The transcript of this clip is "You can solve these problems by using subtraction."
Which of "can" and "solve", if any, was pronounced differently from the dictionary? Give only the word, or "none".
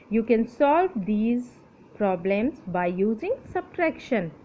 none